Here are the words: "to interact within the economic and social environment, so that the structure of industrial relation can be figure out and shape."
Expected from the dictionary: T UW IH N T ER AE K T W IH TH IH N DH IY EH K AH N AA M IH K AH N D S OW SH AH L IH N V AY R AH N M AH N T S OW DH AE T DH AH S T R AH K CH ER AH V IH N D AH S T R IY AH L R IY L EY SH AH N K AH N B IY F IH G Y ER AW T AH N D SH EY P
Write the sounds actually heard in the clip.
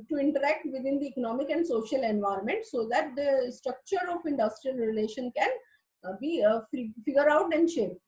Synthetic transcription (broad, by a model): T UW IH N T ER AE K T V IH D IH N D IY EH K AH N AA M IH K AH N D S OW SH AH L IH N V AY R AH N M AH N T S OW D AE T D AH S T R AH K CH ER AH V IH N D AH S T R IY AH L R IY L EY SH AH N K AH N B IY F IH G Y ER AW T AH N D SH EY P